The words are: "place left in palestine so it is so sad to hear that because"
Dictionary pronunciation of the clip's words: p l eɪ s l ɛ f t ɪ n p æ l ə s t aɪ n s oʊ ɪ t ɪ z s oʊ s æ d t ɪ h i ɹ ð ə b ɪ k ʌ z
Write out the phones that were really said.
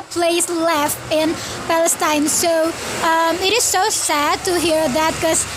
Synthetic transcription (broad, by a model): p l eɪ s l ɛ f t ɪ n p æ l ə s t aɪ n s oʊ ɪ t ɪ z s oʊ s æ d t ɪ h i ɹ ð ə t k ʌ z